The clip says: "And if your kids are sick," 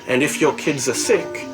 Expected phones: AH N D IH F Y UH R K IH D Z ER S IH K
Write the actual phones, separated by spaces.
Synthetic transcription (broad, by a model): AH N D IH F Y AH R K IH D Z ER S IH K